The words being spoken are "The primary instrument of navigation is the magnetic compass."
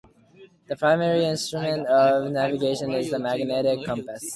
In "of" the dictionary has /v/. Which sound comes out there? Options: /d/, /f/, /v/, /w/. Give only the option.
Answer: /v/